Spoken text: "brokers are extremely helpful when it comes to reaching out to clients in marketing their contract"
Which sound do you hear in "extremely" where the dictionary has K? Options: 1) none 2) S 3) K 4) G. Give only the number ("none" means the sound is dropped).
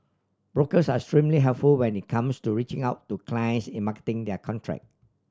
1